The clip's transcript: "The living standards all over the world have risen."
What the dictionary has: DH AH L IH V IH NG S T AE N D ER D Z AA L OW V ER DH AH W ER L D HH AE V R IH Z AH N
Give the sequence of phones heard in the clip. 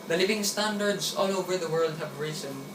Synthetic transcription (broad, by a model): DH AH L IH V IH NG S T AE N D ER D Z AA L OW V ER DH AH W ER L D HH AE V R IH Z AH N